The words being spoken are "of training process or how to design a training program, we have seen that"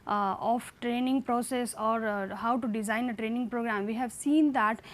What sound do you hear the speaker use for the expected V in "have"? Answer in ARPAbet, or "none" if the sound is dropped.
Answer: V